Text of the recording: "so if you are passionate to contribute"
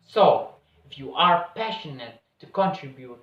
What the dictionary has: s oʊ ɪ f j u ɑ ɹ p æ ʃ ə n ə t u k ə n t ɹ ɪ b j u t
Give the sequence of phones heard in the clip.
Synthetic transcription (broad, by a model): s oʊ ɪ f j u ɑ ɹ p æ ʃ ə n ə t u k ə n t ɹ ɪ b j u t